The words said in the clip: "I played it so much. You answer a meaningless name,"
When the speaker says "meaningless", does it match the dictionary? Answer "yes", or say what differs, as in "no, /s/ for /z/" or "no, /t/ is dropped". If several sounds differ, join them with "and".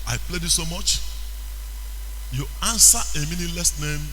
no, /ŋ/ is dropped